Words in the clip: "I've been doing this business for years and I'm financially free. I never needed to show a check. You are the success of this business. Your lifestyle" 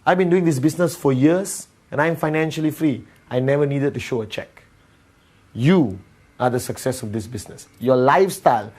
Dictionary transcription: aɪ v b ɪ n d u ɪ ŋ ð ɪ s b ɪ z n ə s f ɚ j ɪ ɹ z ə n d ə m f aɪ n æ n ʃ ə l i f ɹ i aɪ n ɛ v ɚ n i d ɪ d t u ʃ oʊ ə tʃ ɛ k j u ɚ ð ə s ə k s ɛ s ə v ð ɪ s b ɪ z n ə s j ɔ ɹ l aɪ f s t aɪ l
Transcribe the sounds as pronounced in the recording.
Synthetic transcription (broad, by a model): aɪ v b ɪ n d u ɪ ŋ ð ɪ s b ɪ s n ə s f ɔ j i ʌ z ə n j ə m f aɪ n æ n ʃ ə l i f ɹ i aɪ n ɛ v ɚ n i d ɪ d t u ʃ oʊ ə tʃ ɛ k j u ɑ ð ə s ə k s ɛ s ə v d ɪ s b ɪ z n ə s j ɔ l aɪ f s t aɪ l